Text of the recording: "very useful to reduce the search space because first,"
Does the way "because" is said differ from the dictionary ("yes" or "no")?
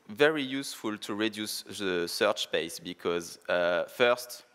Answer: no